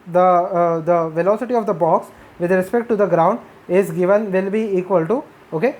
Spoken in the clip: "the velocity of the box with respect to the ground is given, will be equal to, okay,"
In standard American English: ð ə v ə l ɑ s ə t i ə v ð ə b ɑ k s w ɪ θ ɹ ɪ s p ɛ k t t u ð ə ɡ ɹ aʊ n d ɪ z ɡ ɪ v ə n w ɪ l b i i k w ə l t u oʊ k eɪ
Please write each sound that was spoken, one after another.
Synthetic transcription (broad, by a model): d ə v ə l ɑ s ə t i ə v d ə b ɑ k s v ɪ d ɹ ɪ s p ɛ k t t u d ə ɡ ɹ aʊ n d ɪ z ɡ ɪ v ə n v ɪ l b i i k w ə l t u oʊ k eɪ